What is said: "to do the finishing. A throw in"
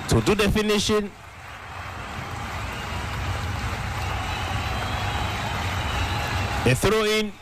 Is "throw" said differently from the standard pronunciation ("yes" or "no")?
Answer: no